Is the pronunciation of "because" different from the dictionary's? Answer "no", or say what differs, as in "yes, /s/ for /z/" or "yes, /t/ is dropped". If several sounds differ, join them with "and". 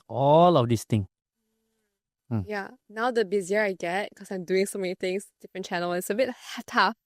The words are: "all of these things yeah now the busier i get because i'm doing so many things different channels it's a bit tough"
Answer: yes, /z/ is dropped